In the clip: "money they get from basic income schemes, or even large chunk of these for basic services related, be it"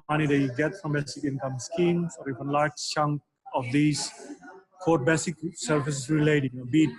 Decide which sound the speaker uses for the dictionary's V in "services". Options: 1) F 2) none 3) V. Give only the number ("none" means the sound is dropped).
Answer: 1